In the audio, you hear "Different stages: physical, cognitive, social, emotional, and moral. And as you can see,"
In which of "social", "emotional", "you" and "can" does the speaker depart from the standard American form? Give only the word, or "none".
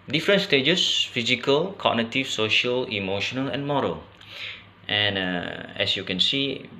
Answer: none